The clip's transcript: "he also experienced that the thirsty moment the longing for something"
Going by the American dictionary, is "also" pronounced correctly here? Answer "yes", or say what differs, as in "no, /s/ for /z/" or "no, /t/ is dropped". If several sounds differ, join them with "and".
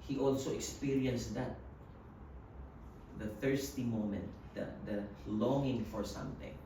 yes